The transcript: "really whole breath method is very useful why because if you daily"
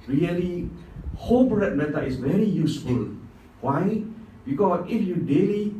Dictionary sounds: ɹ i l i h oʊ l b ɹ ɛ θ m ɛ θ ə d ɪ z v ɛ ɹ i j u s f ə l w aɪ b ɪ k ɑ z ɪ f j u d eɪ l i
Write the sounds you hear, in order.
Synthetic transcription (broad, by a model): ɹ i l i h oʊ l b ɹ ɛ t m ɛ t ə ɪ s v ɛ ɹ i j u s f ə l w aɪ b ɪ k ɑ s ɪ f j u d eɪ l i